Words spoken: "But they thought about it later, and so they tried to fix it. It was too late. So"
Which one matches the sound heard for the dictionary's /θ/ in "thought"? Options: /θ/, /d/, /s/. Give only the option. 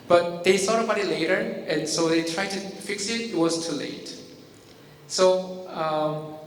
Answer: /s/